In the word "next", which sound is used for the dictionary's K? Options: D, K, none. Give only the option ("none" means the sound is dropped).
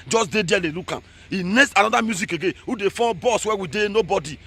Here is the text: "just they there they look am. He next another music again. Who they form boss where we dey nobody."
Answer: none